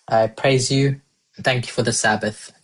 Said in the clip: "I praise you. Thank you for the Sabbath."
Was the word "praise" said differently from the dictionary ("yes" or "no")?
no